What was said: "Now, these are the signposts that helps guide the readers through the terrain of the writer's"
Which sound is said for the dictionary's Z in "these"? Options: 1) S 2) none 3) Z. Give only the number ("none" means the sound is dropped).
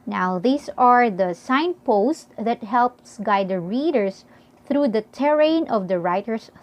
1